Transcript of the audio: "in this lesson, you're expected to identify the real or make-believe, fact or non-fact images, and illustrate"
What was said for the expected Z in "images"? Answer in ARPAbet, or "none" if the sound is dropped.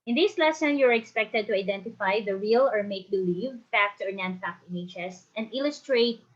S